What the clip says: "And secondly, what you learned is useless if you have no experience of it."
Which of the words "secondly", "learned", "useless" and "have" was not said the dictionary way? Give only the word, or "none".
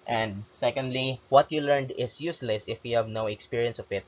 none